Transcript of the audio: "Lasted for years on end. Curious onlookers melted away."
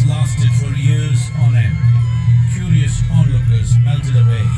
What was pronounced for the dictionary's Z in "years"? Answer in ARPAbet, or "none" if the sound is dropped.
Z